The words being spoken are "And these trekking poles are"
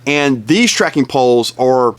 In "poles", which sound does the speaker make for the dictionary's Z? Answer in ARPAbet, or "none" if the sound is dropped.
Z